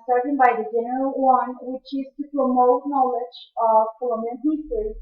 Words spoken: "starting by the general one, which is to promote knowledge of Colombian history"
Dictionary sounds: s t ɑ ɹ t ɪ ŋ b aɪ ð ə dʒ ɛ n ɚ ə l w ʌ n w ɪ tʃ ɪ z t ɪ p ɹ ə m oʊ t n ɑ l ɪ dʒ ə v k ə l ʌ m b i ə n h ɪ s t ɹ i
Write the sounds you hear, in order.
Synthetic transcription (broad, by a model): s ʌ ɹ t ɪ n b aɪ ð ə dʒ ɛ n ɚ ə l w ʌ n w ɪ tʃ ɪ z t ɪ p ɹ ə m oʊ t n ɑ l ɪ dʒ ə v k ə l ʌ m i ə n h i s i